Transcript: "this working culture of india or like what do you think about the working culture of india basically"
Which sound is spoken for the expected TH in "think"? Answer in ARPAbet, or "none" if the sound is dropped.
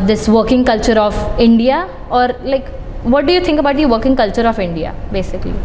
T